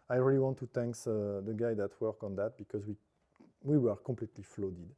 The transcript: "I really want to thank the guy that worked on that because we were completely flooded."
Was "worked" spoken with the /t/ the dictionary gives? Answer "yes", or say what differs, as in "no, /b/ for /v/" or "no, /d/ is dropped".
no, /t/ is dropped